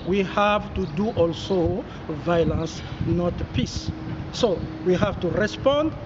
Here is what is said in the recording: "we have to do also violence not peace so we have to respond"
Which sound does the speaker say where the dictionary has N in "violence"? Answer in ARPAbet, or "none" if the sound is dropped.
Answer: N